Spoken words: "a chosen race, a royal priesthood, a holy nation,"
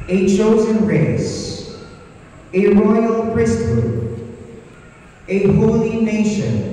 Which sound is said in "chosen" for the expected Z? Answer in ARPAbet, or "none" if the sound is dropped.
Z